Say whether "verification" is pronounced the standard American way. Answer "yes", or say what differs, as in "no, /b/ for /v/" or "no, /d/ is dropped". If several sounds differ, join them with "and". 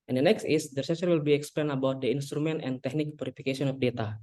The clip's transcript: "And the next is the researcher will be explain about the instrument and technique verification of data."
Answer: no, /p/ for /v/ and /s/ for /ʃ/